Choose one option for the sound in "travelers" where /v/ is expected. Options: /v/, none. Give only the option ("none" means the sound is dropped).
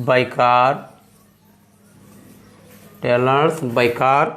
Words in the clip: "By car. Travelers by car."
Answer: none